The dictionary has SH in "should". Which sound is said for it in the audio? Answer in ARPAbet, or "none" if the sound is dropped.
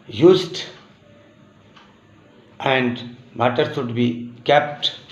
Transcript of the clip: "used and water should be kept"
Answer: S